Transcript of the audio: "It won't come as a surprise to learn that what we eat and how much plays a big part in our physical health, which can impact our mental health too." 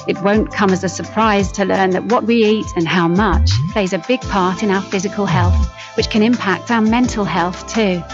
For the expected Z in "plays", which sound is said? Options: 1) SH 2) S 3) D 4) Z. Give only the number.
4